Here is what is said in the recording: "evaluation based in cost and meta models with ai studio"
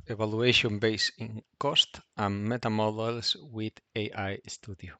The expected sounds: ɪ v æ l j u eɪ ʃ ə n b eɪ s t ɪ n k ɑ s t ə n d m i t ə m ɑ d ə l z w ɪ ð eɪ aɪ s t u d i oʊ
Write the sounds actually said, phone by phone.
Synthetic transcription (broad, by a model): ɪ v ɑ l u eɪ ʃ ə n b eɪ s ɪ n k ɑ s t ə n m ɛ t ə m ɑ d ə l s w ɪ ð eɪ aɪ s t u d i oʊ